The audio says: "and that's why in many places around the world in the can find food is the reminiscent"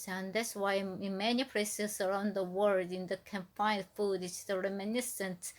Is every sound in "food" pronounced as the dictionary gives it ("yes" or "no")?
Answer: yes